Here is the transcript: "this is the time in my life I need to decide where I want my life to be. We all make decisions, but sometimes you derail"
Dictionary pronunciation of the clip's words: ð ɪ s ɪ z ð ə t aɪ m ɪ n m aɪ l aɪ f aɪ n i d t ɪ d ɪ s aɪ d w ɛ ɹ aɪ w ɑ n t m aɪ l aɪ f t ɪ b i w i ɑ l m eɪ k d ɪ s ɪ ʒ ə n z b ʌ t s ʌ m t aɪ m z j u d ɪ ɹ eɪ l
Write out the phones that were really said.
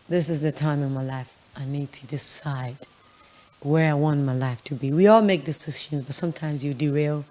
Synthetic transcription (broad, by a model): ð ɪ s ɪ z ð ə t aɪ m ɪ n m aɪ l aɪ f aɪ n i d t ɪ d ɪ s aɪ d w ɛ ɹ aɪ w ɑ n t m aɪ l aɪ f t ɪ b i w i ɑ l m eɪ k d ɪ s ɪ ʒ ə n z b ʌ t s ʌ m t aɪ m z j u d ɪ ɹ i l